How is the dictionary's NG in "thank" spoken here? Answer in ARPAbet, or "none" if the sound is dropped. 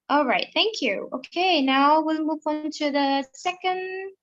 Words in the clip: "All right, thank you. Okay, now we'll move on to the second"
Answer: NG